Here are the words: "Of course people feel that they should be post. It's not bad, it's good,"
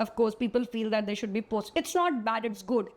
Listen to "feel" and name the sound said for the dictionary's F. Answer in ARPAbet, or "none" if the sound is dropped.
F